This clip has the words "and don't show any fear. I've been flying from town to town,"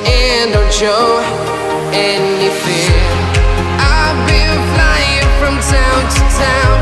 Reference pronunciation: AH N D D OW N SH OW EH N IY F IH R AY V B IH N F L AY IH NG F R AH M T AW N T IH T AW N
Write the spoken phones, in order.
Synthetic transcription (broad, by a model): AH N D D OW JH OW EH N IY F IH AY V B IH L F L AY IH NG F R AH M T AW N T IH T AW N